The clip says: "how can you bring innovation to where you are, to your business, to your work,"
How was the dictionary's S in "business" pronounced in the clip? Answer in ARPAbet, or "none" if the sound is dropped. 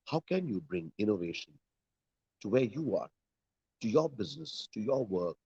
S